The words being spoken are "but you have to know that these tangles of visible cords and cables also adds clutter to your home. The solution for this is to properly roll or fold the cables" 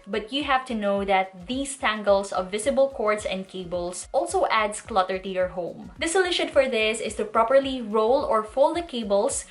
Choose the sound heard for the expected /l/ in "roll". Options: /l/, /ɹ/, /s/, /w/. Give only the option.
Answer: /l/